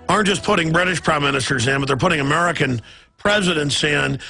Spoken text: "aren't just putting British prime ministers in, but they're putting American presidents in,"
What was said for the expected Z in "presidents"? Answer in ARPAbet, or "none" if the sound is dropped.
Z